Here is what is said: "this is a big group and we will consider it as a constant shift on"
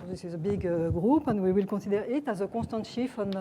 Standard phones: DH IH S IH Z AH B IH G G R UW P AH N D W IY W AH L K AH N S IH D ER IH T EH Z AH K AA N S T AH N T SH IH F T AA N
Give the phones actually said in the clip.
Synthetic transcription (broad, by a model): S IH Z AH B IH G G R UW P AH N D W IY W AH L K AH S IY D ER IH T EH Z AH K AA S T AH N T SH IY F AA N